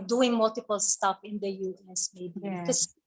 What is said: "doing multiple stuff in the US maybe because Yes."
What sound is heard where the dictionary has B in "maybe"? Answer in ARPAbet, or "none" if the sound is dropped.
none